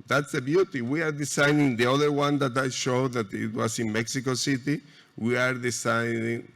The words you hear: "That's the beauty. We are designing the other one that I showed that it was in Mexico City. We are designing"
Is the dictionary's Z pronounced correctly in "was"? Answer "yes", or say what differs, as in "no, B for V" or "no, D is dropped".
no, S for Z